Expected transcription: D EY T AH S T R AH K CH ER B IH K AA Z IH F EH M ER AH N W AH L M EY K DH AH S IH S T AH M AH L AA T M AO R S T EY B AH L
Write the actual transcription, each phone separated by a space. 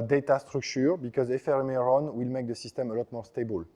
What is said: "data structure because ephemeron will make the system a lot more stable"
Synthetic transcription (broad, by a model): D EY T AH S T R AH K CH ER B IH K AA Z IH F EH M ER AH N W AH L M EY K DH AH S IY S T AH M AH L AA T M AO R S T EY B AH L